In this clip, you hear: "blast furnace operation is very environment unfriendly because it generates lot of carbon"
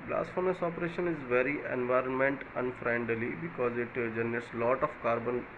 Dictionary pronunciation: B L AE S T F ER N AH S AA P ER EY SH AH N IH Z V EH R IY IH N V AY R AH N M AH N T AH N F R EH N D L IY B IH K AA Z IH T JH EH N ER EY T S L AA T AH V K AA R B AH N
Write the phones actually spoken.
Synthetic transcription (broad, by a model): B L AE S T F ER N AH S AA P ER EY SH AH N IH Z V EH R IY IH N V AY R AH N M AH N T AH N F R EH N D L IY B IH K AA Z IH T JH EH N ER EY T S L AA T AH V K AA R B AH N